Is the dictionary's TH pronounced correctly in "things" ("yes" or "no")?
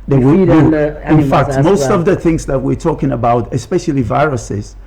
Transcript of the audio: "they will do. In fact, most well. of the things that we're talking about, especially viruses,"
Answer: yes